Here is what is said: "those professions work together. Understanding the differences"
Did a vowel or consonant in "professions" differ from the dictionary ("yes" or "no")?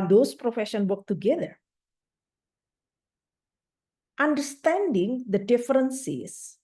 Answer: yes